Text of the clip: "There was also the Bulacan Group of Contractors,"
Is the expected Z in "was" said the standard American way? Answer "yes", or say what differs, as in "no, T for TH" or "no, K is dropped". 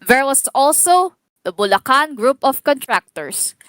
no, S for Z